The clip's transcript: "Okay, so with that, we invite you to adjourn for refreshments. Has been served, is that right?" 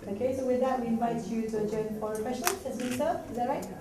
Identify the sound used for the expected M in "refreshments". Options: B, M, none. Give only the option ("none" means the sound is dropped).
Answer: none